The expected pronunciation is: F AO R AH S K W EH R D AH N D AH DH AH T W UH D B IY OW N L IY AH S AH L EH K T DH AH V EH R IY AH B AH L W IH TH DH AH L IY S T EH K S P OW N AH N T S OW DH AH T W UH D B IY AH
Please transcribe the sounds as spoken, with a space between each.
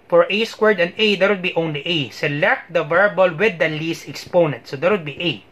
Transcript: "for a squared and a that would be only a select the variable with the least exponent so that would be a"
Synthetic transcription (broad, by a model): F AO R AH S K W EH R D AH N D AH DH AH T W UH D B IY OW N L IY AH S AH L EH K T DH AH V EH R B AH L W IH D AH L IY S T EH K S P OW N AH N T S OW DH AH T W UH D B IY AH